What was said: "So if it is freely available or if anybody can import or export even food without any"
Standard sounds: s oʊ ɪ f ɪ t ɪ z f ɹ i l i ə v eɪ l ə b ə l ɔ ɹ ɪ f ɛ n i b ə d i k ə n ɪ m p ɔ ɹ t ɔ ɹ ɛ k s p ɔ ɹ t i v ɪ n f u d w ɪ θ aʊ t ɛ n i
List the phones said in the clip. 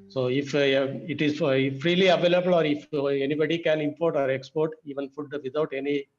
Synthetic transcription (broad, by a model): s oʊ ɪ f ɪ t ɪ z f ɹ i l i ə v eɪ l ə b ə l ɔ ɹ ɪ f ɛ n i b ə d i k ə n ɪ m p ɔ ɹ t ɔ ɹ ɛ k s p ɔ ɹ t i v ɪ n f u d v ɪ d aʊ t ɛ n i